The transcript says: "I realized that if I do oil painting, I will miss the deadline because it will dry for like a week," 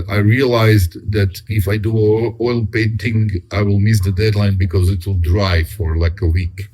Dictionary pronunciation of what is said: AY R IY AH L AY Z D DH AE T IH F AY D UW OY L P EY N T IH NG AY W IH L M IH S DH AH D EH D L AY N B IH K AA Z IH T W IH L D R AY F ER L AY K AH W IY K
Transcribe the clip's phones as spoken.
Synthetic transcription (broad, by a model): AY R IY AH L AY Z D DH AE T IH F AY D UW OY L P EY N T IH NG AY W IH L M IH S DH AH D EH D L AY N B IH K AA Z IH T W IH L D R AY F ER L AY K AH W IY K